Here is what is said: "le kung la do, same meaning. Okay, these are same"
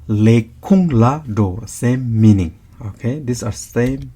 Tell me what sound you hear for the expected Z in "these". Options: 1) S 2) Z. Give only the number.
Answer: 1